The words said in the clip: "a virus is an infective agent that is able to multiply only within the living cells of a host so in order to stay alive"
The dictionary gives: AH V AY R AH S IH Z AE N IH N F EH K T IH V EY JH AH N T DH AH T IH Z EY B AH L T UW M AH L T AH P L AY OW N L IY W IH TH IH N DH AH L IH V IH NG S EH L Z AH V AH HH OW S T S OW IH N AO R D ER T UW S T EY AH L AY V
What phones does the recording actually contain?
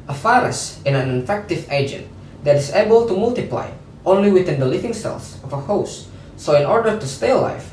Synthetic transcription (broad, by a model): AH F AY R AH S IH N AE N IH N F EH K T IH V EY JH AH N T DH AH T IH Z EY B AH L T UW M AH L T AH P L AY OW N L IY W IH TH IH N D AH L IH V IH NG S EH L S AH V AH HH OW S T S OW IH N AO R D ER T UW S T EY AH L AY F